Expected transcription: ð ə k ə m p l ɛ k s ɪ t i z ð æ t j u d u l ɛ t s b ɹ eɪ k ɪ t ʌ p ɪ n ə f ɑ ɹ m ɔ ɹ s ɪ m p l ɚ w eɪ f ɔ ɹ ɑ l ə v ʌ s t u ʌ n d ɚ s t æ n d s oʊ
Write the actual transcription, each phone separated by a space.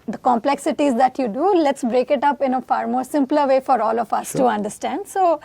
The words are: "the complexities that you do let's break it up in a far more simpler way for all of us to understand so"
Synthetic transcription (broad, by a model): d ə k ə m p l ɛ k s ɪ t i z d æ t j u d u l ɛ t s b ɹ eɪ k ɪ t ʌ p ɪ n ə f ɑ ɹ m ɔ ɹ s ɪ m p l ɚ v eɪ f ɔ ɹ ɑ l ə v ʌ s t u ʌ n d ɚ s t æ n d s oʊ